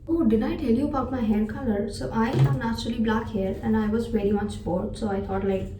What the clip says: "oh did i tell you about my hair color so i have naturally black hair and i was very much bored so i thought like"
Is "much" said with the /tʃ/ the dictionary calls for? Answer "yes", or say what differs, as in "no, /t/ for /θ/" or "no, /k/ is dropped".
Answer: yes